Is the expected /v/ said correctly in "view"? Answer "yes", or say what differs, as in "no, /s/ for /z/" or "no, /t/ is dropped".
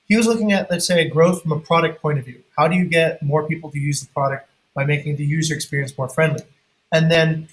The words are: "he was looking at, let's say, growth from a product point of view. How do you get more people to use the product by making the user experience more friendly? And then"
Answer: yes